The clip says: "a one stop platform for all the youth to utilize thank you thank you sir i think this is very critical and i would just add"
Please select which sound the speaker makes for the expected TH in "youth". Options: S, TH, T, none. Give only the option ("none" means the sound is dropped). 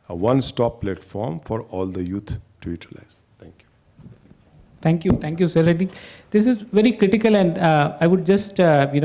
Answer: T